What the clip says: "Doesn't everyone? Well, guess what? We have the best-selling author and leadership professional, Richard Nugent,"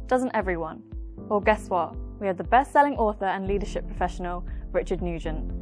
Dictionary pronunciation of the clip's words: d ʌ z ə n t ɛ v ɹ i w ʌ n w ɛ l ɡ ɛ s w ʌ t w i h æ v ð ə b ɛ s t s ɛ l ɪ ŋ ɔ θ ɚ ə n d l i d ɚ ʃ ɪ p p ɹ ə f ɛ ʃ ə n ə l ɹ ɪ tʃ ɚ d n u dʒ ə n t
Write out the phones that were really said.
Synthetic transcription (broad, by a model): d ʌ z ə n t ɛ v ɹ i w ʌ n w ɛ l ɡ ɛ s w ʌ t w i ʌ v ð ə b ɛ s t s ɛ l ɪ ŋ ɔ θ ɚ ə n l i d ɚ ʃ ɪ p p ɹ ə f ɛ ʃ ə n ə l ɹ ɪ tʃ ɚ d n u dʒ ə n